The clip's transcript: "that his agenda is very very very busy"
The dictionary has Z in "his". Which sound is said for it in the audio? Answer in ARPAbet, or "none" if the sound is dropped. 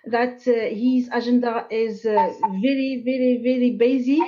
Z